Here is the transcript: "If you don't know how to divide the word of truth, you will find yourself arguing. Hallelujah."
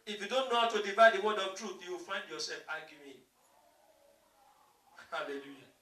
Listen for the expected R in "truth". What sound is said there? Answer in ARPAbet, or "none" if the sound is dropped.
R